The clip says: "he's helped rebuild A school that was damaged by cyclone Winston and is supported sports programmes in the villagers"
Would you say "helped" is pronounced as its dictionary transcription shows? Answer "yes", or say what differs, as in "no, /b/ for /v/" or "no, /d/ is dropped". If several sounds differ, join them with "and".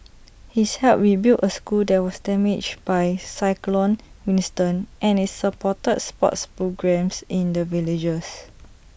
no, /p/ is dropped